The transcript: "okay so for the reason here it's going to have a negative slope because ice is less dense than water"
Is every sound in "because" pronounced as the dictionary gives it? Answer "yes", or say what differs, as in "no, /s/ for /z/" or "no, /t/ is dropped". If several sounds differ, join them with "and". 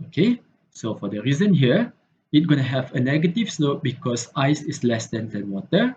no, /s/ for /z/